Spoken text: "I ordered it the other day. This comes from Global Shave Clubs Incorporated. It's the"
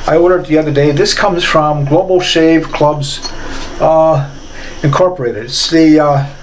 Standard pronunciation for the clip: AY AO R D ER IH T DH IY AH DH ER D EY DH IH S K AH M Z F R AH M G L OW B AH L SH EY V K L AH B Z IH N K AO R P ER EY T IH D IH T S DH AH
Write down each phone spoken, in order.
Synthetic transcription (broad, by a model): AY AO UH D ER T DH IY AH DH ER D EY DH IH S K AH M Z F R AH M G L OW B L SH EY V K L AH B Z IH N K AO R P ER EY T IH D IH T S DH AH